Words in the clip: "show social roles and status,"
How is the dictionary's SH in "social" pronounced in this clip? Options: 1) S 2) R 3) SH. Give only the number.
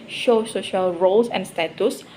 3